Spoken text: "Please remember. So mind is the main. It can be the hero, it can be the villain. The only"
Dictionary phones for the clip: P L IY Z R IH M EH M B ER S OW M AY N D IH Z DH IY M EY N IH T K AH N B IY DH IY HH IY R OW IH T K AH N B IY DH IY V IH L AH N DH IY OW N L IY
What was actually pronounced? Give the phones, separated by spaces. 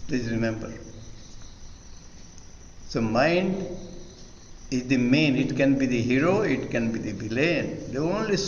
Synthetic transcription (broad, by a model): P L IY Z R IH M EH M B ER S OW M AY N D IH Z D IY M EY N IH T K AH N B IY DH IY HH IY R OW IH T K AH N B IY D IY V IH L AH N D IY OW N L IY